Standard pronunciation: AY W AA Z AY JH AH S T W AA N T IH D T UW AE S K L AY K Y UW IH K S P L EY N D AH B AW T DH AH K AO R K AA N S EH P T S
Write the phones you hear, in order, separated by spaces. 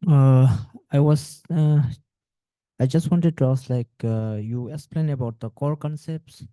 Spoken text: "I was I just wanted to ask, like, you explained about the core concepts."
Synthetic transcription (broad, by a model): AY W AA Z AY JH AH S T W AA N T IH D T UW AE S L AY K Y UW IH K S P L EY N AH B AW T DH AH K AO R K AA N S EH P T S